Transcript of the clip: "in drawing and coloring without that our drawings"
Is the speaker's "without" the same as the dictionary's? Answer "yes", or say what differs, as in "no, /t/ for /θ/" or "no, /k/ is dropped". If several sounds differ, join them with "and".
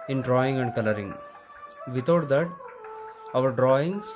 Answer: no, /t/ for /θ/